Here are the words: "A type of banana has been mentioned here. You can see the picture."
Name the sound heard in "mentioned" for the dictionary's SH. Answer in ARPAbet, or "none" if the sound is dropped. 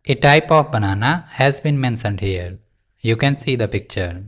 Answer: S